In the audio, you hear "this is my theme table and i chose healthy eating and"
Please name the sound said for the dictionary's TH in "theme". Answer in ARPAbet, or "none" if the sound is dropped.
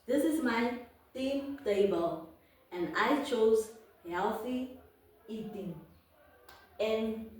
T